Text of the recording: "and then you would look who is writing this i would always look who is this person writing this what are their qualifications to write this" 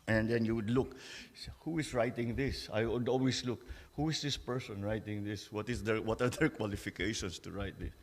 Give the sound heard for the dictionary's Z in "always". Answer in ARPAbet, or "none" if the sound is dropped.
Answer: S